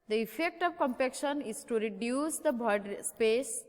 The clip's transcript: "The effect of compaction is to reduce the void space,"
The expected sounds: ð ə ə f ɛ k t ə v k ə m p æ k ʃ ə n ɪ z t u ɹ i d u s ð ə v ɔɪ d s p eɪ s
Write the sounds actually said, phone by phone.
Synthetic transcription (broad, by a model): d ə ə f ɛ k t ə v k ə m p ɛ k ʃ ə n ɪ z t u ɹ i d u s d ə b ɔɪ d s p eɪ s